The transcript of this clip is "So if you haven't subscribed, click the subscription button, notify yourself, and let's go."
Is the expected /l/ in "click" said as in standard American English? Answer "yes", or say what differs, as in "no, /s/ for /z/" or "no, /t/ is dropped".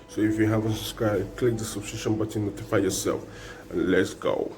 yes